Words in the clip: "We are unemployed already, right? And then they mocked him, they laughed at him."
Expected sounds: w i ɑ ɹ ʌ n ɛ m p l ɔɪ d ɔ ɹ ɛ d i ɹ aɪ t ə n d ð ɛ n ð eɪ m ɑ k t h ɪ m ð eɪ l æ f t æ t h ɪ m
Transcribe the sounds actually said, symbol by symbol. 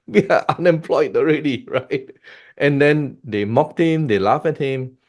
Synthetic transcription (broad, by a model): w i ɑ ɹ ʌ n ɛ m p l ɔɪ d ɔ ɹ ɛ d i ɹ aɪ t ə n d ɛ n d eɪ m ɑ k t h ɪ m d eɪ l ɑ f æ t h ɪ m